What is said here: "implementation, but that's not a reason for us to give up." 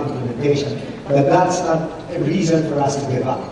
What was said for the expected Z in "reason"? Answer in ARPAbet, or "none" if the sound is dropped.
Z